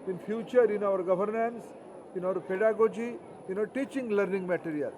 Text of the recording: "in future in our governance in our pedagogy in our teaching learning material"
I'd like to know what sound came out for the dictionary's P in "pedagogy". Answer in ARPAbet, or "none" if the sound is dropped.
P